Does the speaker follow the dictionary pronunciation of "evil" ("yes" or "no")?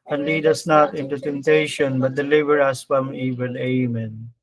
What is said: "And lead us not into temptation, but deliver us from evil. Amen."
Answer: no